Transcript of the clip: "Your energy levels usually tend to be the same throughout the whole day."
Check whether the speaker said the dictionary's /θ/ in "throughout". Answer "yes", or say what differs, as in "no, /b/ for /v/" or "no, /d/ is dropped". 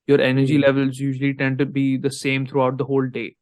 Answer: no, /t/ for /θ/